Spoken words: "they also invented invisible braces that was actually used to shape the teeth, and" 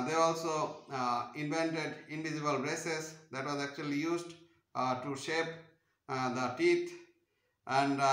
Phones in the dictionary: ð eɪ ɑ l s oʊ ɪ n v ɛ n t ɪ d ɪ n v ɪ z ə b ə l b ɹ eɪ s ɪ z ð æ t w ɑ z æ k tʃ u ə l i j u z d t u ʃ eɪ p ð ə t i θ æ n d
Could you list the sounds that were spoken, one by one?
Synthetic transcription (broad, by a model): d eɪ ɑ l s oʊ ɪ n v ɛ n t ɪ d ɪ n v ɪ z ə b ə l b ɹ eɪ s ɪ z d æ t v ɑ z æ k tʃ u ə l i j u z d t u ʃ eɪ p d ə t i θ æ n d